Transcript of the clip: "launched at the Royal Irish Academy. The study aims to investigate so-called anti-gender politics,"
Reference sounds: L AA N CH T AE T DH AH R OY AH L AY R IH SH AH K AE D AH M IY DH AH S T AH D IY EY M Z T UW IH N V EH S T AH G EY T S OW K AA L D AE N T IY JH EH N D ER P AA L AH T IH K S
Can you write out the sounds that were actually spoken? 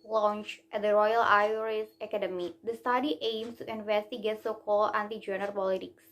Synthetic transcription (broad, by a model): L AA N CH T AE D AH R OY AH L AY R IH S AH K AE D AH M IY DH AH S T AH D IY EY M S T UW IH N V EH S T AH G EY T S OW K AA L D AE N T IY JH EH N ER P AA L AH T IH K S